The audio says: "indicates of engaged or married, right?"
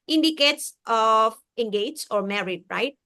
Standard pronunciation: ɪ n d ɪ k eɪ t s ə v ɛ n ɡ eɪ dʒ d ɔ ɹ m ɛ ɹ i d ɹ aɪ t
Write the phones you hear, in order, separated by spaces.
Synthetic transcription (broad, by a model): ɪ n d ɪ k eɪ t s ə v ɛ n ɡ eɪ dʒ ɔ ɹ m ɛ ɹ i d ɹ aɪ t